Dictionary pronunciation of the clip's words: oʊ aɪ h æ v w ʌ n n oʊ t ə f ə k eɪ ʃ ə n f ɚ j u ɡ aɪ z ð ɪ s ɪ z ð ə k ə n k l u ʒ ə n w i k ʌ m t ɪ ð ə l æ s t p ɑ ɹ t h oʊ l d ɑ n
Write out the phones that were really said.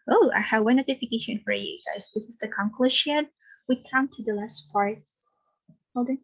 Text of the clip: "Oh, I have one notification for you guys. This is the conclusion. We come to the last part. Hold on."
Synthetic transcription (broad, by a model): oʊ aɪ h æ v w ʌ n n oʊ t ə f ə k eɪ ʃ ə n f ɚ j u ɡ aɪ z ð ɪ s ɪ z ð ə k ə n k l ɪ ʃ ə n w i k ʌ m t ɪ ð ə l æ s t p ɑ ɹ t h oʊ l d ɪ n